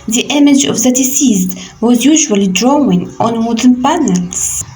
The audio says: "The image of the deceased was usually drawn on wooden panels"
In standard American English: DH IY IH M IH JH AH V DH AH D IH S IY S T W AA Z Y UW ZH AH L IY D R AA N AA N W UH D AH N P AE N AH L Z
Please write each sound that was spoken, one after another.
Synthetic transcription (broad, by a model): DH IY IH M IH JH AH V DH AH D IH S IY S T W AA Z Y UW ZH AH L IY D R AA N AA N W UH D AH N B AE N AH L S